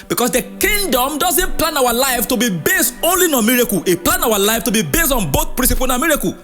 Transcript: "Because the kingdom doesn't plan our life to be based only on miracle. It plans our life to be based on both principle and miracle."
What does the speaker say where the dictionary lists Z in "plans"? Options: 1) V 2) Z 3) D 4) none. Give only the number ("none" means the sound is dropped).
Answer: 4